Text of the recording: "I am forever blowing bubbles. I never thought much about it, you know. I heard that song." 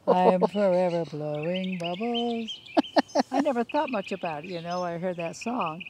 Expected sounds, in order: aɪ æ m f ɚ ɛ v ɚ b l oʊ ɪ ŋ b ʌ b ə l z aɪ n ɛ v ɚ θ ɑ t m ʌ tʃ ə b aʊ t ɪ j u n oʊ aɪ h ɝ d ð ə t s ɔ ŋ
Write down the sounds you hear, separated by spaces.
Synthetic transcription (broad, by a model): aɪ m f ɚ ɛ v ɚ b l oʊ ɪ ŋ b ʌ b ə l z aɪ n ɛ v ɚ θ ɑ t m ʌ tʃ ə b aʊ t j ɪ n oʊ aɪ h ɝ d ð ə t s ɔ ŋ